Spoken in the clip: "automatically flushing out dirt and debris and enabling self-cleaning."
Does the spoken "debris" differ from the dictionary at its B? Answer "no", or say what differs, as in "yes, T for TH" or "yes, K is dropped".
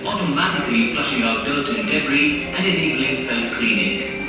yes, B is dropped